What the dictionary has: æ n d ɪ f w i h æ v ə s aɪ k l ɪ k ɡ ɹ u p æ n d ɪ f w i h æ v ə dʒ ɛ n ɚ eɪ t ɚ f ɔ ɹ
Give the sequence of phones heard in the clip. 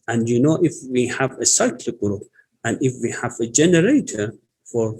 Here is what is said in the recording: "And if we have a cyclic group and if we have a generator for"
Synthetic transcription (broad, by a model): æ n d ɪ f w i h æ v ə s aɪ k l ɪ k ɡ ɹ u p æ n d ɪ f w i h æ v ə dʒ ɛ n ɚ eɪ t ɚ f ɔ ɹ